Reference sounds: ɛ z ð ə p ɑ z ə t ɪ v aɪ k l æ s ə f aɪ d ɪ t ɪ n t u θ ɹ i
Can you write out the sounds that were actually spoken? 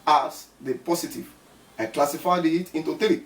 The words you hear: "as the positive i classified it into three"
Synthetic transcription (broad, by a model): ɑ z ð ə p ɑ s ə t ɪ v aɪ k l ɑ s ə f aɪ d ɪ t ɪ n t u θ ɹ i